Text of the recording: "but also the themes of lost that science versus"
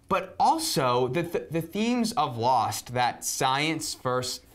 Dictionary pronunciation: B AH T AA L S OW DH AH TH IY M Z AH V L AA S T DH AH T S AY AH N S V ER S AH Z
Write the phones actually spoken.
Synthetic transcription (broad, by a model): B AH T AA L S OW DH AH TH IY M Z AH V L AA S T DH AH T S AY AH N S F ER S